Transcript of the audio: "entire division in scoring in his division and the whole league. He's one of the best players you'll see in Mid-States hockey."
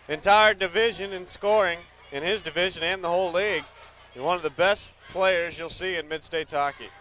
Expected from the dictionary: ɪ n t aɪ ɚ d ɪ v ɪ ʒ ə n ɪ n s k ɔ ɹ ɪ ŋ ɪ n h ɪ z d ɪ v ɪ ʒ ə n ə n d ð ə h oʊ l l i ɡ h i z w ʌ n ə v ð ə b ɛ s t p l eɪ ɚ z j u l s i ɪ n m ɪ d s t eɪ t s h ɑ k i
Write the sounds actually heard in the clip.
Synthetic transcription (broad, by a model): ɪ n t aɪ ɚ d ɪ v ɪ ʒ ə n ɪ n s k ɔ ɹ ɪ ŋ ɪ n ɪ z d ɪ v ɪ ʒ ə n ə n ð ə h oʊ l l i ɡ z w ʌ n ə v ð ə b ɛ s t p l eɪ ɚ z j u l s i ɪ n m ɪ d s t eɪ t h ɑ k i